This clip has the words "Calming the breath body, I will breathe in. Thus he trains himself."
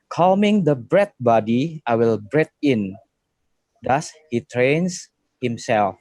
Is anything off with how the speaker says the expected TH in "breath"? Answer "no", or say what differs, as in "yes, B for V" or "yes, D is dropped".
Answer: yes, T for TH